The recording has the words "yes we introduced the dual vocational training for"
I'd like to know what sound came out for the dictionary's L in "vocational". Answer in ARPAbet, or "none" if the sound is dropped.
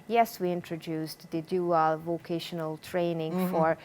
L